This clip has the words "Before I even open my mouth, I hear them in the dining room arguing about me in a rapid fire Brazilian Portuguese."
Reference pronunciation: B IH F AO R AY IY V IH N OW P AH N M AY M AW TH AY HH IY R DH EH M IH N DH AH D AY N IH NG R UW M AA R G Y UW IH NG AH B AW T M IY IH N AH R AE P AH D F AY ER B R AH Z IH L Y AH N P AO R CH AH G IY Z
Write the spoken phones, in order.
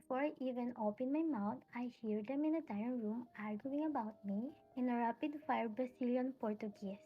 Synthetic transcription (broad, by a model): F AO R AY IY V IH N OW P AH N M AY M AW T AY HH IY R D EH M IH N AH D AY IH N R UW M AA R G Y UW IH NG AH B AW T M IY IH N AH R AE P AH D F AY ER B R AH S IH L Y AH N P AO R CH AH G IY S